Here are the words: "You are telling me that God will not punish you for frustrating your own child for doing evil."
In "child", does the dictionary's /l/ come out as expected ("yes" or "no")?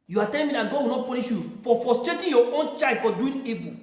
no